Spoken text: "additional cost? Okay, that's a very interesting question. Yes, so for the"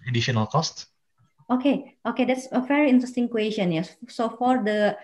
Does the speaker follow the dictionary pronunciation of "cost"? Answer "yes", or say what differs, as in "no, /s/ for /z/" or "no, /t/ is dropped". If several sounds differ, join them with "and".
yes